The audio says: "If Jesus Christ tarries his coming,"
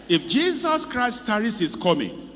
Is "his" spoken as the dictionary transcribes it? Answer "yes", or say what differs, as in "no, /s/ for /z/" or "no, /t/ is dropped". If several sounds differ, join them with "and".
no, /s/ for /z/